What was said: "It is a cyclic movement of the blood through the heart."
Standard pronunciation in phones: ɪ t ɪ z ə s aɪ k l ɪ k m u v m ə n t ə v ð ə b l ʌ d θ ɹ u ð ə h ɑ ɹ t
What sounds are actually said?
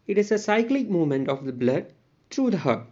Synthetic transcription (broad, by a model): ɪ t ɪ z ə s aɪ k l ɪ k m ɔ m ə n t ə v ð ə b l ʌ d t ɹ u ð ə h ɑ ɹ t